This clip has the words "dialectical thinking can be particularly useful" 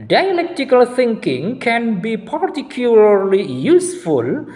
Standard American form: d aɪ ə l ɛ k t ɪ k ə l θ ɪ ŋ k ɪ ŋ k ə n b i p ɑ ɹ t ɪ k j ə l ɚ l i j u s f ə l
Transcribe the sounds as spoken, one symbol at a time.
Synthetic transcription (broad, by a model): d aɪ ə l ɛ k t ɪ k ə l t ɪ ŋ k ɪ ŋ k ə n b i p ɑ ɹ t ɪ k j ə l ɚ l i j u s f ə l